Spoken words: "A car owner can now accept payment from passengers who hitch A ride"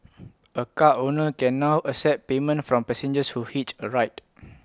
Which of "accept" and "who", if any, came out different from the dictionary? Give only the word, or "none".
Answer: accept